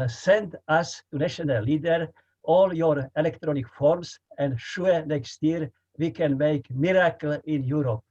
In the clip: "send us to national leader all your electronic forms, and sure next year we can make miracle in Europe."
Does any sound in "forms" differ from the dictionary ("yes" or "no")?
yes